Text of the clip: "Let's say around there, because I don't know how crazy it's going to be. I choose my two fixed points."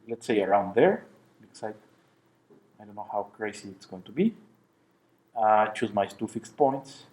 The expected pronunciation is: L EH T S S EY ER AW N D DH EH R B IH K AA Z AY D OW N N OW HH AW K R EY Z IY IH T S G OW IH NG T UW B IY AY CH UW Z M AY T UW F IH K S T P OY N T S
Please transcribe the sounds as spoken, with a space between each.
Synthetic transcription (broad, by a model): L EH T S S EY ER AW N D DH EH R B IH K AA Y AY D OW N N OW HH AW K R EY S IY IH T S G OW IH NG T UW B IY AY CH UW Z M AY T UW F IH K S T P OY N T S